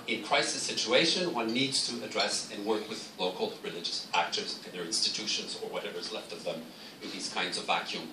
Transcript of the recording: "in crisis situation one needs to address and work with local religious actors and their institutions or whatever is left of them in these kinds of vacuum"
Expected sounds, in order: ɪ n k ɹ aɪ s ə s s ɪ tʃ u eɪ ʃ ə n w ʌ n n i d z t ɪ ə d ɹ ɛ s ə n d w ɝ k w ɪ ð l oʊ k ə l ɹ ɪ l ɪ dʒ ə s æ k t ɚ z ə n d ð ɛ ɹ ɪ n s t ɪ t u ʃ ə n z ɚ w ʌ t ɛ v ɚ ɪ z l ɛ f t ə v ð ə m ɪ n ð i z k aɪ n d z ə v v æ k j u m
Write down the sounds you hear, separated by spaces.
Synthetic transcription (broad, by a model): ɪ n k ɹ aɪ s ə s s ɪ tʃ u eɪ ʃ ə n w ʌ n n i d z t ɪ ə d ɹ ɛ s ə n w ɝ k w ɪ ð l oʊ k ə l ɹ ɪ l ɪ dʒ ə s æ k t ɚ z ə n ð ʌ ɹ ɪ n s t ɪ t u ʃ ə n z ɚ w ʌ t ɛ v ɚ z l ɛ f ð ə v ð ə m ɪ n ð i z k aɪ n d z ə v v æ k j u m